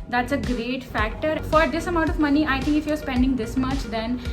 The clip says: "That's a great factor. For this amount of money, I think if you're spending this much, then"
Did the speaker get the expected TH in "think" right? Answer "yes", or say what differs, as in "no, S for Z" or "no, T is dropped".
no, T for TH